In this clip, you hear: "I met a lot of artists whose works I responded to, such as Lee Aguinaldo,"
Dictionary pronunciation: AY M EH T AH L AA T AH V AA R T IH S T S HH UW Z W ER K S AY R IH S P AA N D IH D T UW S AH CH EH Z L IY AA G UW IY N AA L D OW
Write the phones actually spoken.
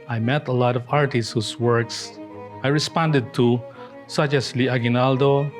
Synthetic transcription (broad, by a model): AY M EH T AH L AA T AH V AA R T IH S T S HH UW S W ER K S AY R IH S P AA N D IH D T UW S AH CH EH S L IY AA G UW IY N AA L D OW